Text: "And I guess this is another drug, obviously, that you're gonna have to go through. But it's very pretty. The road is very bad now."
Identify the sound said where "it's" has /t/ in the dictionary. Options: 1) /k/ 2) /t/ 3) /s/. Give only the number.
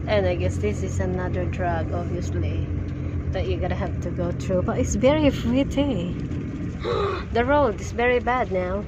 2